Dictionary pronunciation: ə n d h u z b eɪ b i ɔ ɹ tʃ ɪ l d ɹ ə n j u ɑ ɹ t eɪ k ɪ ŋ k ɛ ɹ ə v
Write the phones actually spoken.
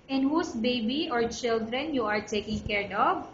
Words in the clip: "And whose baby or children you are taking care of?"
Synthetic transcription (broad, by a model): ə n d h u s b eɪ b i ɔ ɹ tʃ ɪ l d ɹ ə n j u ɑ ɹ t eɪ k ɪ ŋ k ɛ ɹ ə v